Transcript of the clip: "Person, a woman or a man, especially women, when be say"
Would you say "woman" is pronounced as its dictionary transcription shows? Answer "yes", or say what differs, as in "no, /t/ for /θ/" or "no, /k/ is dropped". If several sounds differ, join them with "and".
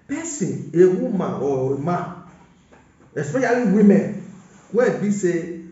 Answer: no, /n/ is dropped